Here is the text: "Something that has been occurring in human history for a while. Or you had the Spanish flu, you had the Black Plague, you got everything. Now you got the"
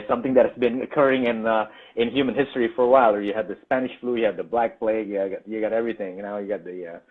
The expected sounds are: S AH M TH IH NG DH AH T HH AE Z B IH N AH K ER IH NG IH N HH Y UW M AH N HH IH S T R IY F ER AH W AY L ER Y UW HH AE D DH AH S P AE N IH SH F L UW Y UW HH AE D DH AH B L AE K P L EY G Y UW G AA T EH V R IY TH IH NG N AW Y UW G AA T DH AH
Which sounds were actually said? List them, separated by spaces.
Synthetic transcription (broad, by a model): S AH M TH IH NG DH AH T HH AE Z B IH N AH K ER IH NG IH N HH Y UW M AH N HH IH S T R IY F ER AH W AY L ER Y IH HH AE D DH AH S P AE N IH SH F L UW Y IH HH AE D DH AH B L AE K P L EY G Y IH G AA T EH V R IY TH IH NG N AW Y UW G AA T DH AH